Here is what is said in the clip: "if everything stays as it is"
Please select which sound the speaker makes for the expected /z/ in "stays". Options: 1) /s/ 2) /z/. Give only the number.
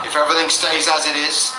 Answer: 2